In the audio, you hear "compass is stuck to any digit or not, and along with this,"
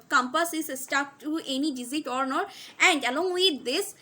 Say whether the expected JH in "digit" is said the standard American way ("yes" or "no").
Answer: no